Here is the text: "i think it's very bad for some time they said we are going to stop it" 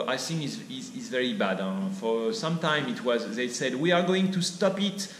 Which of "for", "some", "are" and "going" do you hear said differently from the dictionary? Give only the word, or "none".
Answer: none